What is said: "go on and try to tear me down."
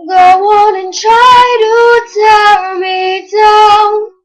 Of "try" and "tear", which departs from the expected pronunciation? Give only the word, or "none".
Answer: tear